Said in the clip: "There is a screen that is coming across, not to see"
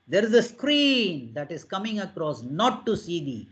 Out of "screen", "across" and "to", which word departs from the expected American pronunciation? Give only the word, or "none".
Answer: to